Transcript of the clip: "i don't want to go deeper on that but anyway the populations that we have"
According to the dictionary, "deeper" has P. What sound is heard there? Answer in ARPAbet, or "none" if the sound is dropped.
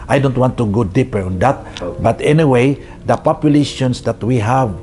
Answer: P